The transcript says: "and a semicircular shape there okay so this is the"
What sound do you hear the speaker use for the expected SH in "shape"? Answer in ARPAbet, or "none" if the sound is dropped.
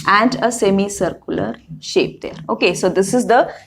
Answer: SH